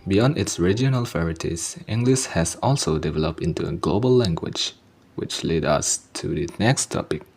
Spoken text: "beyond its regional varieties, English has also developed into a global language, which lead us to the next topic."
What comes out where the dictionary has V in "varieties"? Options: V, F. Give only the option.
F